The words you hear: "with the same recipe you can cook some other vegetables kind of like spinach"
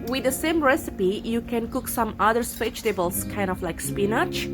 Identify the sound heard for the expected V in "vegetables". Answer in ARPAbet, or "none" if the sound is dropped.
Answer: P